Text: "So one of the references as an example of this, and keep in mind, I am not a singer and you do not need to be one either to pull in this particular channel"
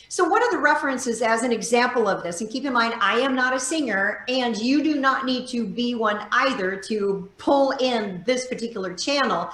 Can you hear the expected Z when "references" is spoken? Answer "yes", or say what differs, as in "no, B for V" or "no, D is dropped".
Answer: yes